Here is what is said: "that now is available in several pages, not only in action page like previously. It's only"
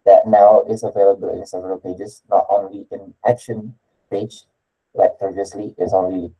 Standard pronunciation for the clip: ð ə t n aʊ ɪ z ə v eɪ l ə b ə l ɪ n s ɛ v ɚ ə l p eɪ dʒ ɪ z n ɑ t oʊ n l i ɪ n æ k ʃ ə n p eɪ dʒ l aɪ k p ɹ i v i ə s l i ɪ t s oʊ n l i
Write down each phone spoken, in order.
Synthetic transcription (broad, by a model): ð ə t n aʊ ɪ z ə v eɪ l ə b ə l ɪ n s ɛ v ɚ ə l p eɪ dʒ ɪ s n ɑ t oʊ n l i ɪ n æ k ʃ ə n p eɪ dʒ l aɪ k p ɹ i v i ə s l i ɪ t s oʊ n l i